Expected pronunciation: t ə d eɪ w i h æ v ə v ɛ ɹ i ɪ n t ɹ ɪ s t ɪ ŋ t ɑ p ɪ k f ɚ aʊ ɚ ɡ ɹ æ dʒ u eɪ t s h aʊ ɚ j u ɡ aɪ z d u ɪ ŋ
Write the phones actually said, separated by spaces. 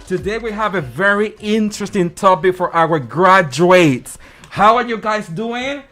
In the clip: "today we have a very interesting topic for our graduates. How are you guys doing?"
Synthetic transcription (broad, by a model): t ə d eɪ w i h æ v ə v ɛ ɹ i ɪ n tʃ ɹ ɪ s t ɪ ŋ t ɑ p ɪ k f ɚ aʊ ɚ ɡ ɹ æ dʒ u eɪ t s h aʊ ɚ j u ɡ aɪ z d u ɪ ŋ